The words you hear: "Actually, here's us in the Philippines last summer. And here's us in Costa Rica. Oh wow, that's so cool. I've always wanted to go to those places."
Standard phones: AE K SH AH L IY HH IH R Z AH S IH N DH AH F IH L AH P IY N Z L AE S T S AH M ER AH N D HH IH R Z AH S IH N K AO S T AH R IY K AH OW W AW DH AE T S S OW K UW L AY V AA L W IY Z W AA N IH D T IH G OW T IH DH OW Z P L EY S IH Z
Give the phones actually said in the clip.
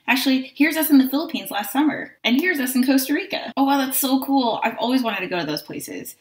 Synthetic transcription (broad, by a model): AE K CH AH L IY HH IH R Z AH S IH N DH AH F IH L AH P IY N Z L AE S T S AH M ER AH N HH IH R Z AH S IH N K AO S T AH R IY K AH OW W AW DH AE T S S OW K UW L AY V AA L W IY Z W AA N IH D T IH G OW T IH DH OW Z P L EY S IH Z